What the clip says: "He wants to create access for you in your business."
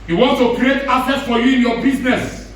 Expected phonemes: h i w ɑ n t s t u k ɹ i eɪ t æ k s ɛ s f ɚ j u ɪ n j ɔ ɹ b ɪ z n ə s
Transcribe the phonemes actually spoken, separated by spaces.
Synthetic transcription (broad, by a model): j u w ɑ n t t u k ɹ i eɪ t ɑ s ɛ s f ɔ j u ɪ n j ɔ b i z n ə s